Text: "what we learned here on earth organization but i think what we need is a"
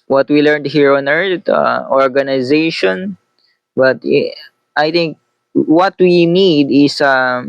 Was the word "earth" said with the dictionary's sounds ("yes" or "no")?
no